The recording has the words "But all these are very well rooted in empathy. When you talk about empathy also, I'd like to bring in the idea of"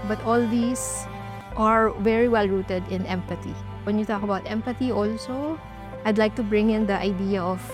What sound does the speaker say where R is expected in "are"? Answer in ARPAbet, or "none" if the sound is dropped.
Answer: R